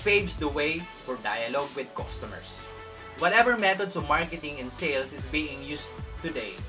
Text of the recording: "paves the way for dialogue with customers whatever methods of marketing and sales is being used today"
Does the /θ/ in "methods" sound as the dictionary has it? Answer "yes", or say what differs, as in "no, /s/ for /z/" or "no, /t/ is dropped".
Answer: no, /t/ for /θ/